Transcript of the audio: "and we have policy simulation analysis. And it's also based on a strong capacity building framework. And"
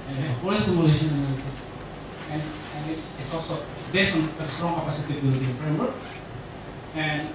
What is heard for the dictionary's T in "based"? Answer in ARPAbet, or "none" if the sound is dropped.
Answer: none